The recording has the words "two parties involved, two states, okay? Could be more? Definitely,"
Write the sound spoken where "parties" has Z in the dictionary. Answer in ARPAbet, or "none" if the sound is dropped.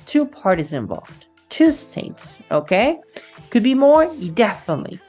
Z